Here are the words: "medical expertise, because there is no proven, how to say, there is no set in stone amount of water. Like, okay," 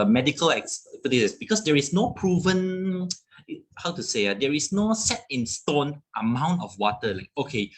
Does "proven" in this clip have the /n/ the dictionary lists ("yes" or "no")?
yes